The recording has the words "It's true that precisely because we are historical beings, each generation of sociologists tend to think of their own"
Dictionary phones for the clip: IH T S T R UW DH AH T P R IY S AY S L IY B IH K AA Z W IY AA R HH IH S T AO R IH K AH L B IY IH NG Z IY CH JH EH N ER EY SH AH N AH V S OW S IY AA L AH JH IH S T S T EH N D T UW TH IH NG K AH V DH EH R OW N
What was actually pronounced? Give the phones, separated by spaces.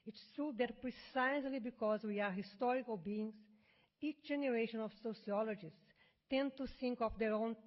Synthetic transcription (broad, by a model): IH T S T UW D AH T P R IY S AY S L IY B IH K AA Z W IY AA R HH IH S T AO R IH K AH L B IY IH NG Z IY CH JH EH N ER EY SH AH N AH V S OW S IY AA L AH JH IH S S T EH N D T UW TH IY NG K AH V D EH R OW N